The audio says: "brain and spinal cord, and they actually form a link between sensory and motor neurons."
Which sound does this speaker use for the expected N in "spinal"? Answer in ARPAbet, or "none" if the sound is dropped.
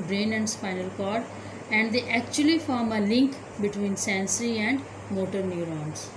N